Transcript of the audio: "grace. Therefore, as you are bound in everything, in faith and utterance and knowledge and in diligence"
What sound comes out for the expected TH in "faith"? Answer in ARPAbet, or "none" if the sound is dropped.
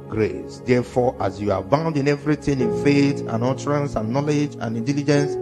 T